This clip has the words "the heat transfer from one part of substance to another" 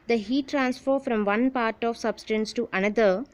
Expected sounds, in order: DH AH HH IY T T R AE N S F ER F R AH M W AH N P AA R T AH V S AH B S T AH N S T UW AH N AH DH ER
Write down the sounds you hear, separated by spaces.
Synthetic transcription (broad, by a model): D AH HH IY T T R AE N S F ER F R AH M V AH N P AA R T AH V S AH B S T AH N S T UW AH N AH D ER